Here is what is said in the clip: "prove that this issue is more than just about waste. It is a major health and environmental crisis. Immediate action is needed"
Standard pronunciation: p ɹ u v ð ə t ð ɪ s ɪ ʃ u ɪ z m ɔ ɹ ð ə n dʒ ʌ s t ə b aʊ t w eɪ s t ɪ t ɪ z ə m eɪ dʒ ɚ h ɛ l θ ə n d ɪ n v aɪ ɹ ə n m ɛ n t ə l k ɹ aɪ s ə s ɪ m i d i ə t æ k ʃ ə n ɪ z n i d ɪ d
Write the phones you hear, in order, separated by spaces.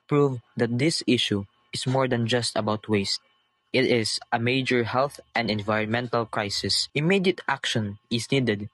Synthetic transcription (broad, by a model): p ɹ u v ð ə t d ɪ s ɪ ʃ u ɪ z m ɔ ɹ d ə n dʒ ʌ s t ə b aʊ t w eɪ s t ɪ t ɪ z ə m eɪ dʒ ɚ h ɛ l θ ə n d ɪ n v aɪ ɹ ə n m ɛ n t ə l k ɹ aɪ s ə s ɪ m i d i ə t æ k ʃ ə n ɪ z n i d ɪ d